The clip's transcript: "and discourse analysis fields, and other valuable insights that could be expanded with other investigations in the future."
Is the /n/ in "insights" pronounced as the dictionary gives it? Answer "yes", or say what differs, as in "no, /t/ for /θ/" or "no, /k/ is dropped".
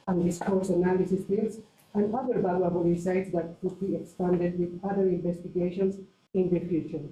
no, /n/ is dropped